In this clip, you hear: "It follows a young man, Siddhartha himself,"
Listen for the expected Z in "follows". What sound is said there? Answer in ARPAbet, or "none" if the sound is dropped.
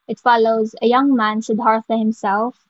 Z